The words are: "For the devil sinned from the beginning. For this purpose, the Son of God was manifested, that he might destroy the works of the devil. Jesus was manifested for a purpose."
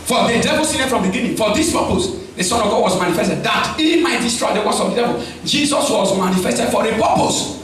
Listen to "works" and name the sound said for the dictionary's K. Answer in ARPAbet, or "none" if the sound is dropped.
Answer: none